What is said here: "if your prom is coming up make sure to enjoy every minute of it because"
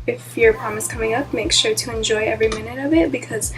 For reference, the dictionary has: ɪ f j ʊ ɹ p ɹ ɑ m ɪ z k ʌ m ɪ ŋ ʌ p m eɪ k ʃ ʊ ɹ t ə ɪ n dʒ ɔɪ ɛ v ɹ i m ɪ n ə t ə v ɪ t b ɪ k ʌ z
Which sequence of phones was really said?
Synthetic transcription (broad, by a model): ɪ f j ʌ ɹ p ɹ ɑ m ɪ s k ʌ m ɪ ŋ ʌ p m eɪ k ʃ ʊ ɹ t ə ɪ n dʒ ɔɪ ɛ v ɹ i m ɪ n ə t ə v ɪ t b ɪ k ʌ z